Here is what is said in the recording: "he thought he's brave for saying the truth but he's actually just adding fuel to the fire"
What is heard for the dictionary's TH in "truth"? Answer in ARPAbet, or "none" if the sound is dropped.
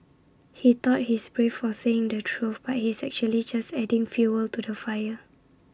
F